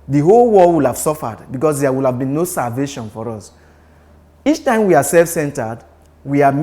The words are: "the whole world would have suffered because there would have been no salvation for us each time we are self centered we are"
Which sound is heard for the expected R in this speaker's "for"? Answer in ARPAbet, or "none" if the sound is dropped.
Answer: R